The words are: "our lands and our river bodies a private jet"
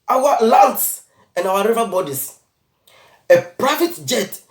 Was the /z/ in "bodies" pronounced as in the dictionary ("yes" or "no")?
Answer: no